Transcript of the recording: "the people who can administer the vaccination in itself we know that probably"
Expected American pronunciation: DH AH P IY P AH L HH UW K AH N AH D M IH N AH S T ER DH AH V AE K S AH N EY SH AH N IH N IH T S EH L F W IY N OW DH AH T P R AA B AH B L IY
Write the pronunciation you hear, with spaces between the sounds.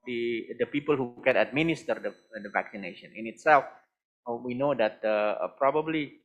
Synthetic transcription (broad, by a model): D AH P IY P AH L HH UW K AH N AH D M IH N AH S T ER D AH V AE K S AH N EY SH AH N IH N IH T S EH L F W IY N OW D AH T P R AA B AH B L IY